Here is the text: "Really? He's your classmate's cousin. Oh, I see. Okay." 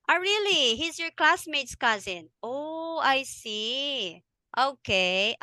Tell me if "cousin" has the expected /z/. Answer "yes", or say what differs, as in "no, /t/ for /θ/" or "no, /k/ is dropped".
yes